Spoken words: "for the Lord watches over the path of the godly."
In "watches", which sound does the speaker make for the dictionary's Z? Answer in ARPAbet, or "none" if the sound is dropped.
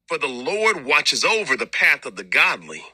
Z